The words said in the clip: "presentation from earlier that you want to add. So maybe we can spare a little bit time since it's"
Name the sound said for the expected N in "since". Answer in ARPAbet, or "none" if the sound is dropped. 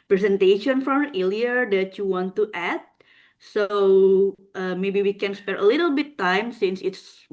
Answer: N